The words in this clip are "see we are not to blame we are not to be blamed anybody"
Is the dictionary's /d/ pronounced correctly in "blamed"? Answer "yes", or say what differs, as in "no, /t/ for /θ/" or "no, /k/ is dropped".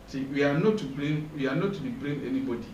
no, /d/ is dropped